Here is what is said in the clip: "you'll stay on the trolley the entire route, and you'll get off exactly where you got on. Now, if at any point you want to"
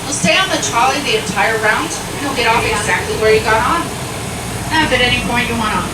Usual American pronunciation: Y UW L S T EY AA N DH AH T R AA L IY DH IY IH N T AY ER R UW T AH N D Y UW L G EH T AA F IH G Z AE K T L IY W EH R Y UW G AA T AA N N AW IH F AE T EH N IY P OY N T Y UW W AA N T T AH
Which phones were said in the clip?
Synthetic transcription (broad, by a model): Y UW L S T EY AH N DH AH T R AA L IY DH IY IH N T AY ER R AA AH N D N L G EH T AA F IH G Z AE K T L IY W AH R Y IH G AA T N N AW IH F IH T EH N IY P OY N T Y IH W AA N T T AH